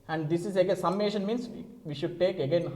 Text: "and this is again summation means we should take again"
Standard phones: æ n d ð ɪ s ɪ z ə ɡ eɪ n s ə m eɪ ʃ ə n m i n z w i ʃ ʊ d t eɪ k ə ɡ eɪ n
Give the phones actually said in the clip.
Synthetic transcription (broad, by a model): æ n d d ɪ s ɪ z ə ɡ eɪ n s ə m eɪ ʃ ə n m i n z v i ʃ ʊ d t eɪ k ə ɡ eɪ n